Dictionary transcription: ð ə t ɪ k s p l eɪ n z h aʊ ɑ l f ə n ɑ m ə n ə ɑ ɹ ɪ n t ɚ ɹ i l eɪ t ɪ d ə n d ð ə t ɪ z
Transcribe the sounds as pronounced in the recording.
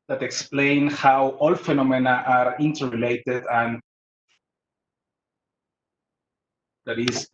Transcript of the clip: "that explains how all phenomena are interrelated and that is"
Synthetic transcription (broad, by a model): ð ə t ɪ k s p l eɪ n h aʊ ɑ l f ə n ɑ m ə n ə ɑ ɹ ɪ n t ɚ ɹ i l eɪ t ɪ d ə n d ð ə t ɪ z